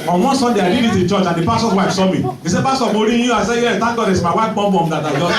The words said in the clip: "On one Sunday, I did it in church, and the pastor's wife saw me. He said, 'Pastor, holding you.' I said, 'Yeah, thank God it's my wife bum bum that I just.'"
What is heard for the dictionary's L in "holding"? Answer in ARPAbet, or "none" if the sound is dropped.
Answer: none